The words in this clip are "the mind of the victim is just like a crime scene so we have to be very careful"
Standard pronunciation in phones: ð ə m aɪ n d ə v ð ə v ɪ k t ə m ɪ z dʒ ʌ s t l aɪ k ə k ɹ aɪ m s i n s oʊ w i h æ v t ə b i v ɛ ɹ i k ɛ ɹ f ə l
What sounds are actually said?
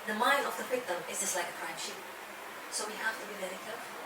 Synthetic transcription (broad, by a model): ð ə m aɪ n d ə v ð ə p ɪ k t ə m ɪ z dʒ ʌ s t l aɪ k ə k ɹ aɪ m ʃ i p s oʊ w i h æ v t ə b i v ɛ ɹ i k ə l